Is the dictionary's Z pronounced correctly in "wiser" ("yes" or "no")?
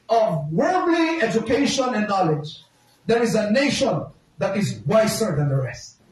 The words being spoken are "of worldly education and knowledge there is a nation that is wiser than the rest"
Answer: no